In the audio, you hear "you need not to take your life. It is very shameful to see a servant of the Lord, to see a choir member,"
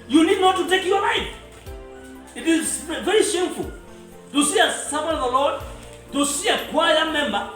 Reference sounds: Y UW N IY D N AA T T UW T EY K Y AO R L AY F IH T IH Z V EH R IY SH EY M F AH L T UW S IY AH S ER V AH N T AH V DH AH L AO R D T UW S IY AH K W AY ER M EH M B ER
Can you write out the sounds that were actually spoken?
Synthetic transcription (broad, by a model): Y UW N IY D N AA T T UW T EY K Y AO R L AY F IH T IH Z V EH R IY SH EY M F AH L T UW S IY AH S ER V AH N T AH V DH AH L AO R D T UW S IY AH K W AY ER M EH M B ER